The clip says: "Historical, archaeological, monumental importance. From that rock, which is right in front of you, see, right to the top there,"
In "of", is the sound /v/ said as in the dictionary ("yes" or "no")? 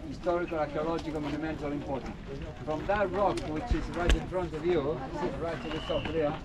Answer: yes